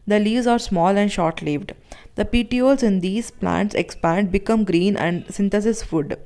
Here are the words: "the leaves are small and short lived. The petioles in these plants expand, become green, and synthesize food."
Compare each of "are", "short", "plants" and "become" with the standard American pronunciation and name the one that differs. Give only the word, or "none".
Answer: none